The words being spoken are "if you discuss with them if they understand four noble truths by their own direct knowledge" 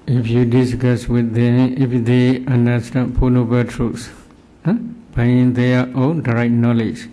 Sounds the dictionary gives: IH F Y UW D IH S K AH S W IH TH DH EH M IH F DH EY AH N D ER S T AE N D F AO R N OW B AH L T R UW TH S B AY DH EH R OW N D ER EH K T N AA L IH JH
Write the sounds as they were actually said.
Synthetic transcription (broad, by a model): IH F Y UW D IH S K AH S W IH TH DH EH M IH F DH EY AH N D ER S T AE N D P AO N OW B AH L T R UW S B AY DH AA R OW N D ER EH T N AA L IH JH